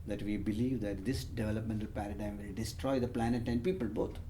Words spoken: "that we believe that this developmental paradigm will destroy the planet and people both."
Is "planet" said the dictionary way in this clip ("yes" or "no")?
yes